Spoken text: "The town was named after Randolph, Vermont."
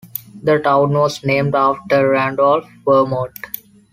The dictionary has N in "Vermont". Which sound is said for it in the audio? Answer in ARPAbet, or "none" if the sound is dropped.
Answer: none